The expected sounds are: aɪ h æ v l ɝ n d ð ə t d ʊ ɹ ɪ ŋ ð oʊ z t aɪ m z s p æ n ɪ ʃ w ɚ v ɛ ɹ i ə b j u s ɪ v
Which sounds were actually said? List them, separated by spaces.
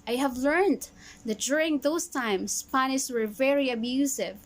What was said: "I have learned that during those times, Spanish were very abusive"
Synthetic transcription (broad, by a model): aɪ h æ v l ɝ n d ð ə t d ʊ ɹ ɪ ŋ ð oʊ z t aɪ m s p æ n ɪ s w ɚ v ɛ ɹ i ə b j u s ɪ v